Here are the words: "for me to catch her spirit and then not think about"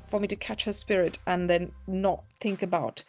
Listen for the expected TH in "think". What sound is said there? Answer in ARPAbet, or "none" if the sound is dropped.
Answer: TH